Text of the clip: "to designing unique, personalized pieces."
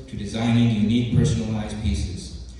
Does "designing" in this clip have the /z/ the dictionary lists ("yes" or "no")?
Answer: yes